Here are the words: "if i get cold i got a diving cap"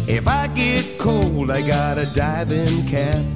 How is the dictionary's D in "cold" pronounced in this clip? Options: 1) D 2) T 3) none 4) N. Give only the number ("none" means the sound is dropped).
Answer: 1